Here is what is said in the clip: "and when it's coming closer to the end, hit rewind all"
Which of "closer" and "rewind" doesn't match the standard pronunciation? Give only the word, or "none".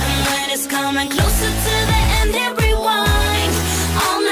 rewind